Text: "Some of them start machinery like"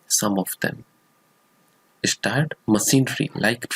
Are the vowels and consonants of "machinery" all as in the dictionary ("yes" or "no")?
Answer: no